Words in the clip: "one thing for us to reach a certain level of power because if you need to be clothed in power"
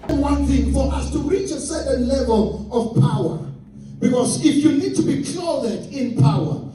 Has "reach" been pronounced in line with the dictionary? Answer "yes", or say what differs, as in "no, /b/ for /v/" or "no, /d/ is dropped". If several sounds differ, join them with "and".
yes